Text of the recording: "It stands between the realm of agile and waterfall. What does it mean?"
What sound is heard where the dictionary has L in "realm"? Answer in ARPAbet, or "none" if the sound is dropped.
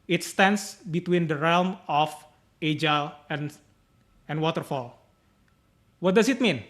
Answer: L